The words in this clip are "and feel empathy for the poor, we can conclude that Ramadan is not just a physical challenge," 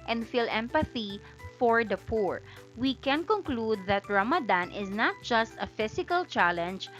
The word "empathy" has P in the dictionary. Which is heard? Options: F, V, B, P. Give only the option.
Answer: P